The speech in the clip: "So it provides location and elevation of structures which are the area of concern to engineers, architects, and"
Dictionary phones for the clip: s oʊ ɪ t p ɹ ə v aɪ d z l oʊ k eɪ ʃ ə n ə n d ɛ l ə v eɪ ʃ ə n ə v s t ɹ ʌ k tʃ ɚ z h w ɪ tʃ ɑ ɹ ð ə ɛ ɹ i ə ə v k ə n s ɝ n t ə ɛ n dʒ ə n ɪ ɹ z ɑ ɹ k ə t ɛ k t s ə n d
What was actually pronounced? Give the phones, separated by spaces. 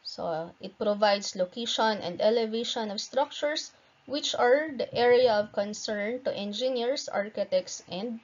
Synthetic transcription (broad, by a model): s oʊ ɪ t p ɹ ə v aɪ d s l oʊ k eɪ ʃ ə n ə n d ɛ l ə v eɪ ʃ ə n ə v s t ɹ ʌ k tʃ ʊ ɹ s w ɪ tʃ ɑ ɹ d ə ɛ ɹ i ə ə v k ə n s ɝ n t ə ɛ n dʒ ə n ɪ ɹ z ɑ ɹ k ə t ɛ k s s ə n d